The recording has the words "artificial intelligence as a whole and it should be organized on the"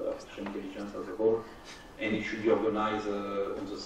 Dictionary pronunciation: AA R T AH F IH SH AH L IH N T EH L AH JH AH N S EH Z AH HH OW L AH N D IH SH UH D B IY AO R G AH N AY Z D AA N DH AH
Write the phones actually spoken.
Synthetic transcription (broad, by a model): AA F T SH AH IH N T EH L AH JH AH N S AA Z AH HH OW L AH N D IH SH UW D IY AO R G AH N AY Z AA N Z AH